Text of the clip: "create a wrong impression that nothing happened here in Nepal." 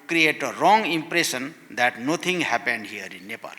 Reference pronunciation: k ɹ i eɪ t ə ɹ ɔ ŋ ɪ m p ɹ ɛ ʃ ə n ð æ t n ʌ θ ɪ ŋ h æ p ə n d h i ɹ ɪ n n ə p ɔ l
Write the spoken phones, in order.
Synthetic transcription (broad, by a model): k ɹ i eɪ t ə ɹ ɔ ŋ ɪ m p ɹ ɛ s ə n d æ t n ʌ t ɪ ŋ h æ p ə n d h i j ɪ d n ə p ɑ l